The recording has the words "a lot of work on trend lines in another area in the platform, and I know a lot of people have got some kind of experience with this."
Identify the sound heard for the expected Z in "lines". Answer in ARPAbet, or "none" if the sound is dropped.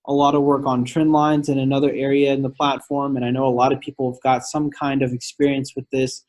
Z